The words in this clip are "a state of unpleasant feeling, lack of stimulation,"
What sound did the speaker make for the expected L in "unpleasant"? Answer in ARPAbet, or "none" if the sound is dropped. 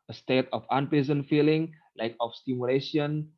none